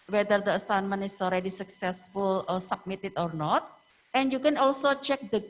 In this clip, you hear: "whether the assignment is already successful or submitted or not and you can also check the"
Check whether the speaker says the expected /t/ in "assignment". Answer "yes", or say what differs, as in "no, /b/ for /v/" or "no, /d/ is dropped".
no, /t/ is dropped